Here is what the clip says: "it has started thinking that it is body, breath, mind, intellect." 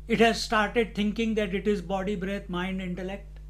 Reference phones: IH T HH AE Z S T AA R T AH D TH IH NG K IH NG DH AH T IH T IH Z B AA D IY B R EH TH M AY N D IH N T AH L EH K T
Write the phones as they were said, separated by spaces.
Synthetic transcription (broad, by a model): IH T HH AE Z S T AA R T AH D T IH NG K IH NG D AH T IH T IH Z B AA D IY B R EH T M AY N D IH N T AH L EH K T